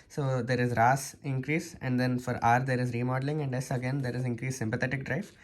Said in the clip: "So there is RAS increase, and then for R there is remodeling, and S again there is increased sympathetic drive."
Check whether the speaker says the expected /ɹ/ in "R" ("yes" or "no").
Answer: yes